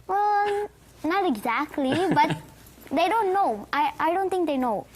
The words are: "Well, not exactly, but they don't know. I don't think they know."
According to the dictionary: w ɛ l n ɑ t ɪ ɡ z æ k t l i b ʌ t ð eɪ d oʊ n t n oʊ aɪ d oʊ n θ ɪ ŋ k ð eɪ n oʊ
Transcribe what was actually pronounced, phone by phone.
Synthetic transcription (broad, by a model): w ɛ n ɑ t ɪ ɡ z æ k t l i b ʌ t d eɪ d oʊ n t n oʊ aɪ d oʊ n t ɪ ŋ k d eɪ n oʊ